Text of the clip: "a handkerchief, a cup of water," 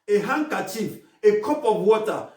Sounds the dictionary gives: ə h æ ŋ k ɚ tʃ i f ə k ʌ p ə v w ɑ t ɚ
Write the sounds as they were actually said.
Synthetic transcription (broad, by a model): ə h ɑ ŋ k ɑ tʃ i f ə k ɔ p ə b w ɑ t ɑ